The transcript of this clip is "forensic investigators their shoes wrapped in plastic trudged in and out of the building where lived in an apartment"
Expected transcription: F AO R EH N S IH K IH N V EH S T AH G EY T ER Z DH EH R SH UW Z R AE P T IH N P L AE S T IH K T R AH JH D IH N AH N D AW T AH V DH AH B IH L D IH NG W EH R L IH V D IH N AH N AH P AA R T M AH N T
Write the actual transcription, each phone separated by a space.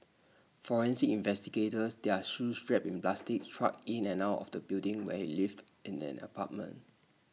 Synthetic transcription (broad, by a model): F AO R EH N S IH IH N V EH S T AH G EY T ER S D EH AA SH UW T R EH P IH N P L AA S T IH K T R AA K IH N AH N AW T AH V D AH B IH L D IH NG W EH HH L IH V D IH N AH N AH P AA T M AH N T